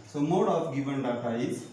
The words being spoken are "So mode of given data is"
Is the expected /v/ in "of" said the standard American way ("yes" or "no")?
no